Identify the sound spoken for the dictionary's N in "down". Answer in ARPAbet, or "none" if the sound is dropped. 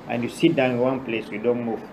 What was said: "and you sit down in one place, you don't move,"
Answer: none